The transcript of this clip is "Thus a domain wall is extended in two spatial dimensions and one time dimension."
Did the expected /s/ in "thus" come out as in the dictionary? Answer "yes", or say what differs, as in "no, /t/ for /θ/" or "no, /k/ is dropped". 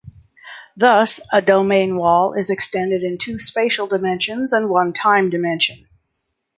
yes